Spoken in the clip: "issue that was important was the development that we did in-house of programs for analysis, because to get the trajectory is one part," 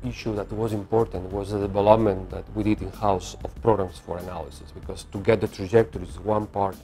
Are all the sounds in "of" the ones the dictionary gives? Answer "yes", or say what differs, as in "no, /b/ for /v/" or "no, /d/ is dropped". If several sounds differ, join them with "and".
no, /f/ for /v/